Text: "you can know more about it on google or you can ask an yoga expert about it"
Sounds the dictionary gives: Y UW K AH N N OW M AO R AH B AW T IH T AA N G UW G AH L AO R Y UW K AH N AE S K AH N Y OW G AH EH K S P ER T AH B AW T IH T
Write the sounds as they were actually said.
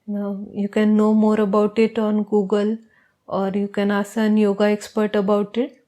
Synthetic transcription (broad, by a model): Y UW K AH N N OW M AO R AH B AW T IH T AA N G UW G AH L AO R Y UW K AH N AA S AH N Y OW G AH EH K S P ER T AH B AW T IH T